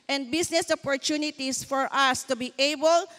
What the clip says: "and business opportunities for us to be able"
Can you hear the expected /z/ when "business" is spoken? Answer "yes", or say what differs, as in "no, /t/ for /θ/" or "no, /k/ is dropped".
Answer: no, /s/ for /z/